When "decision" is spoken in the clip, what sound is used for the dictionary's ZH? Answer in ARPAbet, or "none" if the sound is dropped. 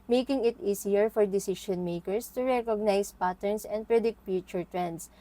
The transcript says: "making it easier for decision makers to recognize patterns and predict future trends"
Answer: SH